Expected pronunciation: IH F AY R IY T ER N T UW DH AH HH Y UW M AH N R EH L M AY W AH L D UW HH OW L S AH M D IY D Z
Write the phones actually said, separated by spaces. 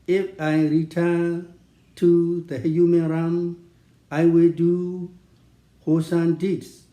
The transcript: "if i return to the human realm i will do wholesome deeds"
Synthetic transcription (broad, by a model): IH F AY R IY T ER N T UW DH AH HH Y UW M AH N R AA M AY W AH L D UW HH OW S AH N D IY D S